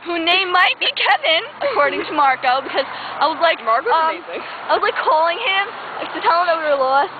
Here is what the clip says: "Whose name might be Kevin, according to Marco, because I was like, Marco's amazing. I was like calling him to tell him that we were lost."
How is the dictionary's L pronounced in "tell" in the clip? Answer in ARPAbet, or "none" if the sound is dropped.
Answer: N